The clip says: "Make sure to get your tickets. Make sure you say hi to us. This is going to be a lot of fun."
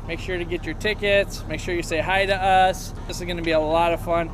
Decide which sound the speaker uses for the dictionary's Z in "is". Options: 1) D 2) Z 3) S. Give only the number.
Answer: 2